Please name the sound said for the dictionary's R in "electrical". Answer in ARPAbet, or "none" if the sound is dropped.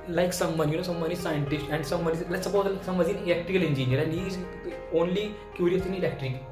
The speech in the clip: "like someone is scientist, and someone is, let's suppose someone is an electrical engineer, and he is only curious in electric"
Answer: none